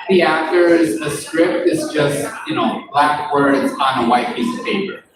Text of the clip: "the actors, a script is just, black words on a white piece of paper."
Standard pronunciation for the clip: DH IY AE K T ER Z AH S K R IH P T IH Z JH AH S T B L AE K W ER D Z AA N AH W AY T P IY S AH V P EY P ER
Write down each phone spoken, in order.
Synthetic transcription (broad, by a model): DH IY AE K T ER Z AH S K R IH P T IH Z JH AH S T B L AE K W ER D Z N AH W AY T P IY S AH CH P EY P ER